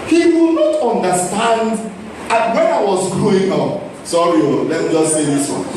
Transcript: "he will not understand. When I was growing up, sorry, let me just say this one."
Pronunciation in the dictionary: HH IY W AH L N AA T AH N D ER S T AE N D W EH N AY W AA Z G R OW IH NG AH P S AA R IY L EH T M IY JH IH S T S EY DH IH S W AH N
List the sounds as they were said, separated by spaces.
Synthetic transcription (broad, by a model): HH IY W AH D N AA T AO N D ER S T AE N D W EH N AY W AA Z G OW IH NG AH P S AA R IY L EH T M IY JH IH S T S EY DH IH S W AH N